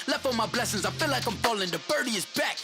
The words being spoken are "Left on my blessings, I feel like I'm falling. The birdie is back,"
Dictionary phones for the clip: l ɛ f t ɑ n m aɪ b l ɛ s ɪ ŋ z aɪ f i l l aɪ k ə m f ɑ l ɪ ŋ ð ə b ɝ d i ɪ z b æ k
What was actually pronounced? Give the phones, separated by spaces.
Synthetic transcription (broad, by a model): l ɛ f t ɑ m aɪ b l ɛ s ɪ ŋ z aɪ f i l l aɪ k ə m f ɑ l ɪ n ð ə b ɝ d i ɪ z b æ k